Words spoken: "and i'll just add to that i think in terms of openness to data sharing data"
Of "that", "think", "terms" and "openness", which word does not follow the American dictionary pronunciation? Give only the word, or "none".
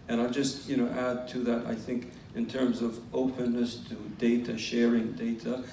none